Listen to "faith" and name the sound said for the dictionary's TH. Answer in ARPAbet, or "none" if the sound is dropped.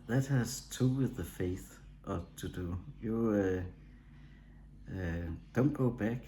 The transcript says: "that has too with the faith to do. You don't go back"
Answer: TH